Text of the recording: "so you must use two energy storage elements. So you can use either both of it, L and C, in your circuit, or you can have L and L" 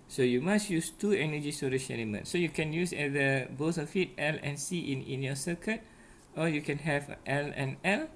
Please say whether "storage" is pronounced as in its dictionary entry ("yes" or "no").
no